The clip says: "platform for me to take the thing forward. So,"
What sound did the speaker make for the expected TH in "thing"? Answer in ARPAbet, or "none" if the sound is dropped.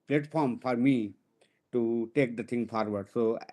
T